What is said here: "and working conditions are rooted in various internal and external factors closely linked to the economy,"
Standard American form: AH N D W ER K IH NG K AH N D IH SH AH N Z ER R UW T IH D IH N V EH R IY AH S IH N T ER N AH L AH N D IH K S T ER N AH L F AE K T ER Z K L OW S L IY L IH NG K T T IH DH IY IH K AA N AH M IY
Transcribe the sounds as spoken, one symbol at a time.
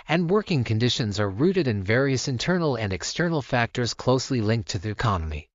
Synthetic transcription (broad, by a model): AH N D W ER K IH NG K AH N D IH SH AH N Z ER R UW T IH D IH N V EH R IY AH S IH N T ER N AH L AH N D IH K S T ER N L F AE K T ER Z K L OW S L IY L IH NG K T T IH DH IY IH K AA N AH M IY